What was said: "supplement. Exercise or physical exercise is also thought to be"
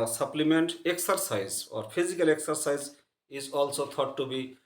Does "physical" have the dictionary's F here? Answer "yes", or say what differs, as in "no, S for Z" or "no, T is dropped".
no, P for F